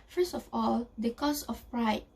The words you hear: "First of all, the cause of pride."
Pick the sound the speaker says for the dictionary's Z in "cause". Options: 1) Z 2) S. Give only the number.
2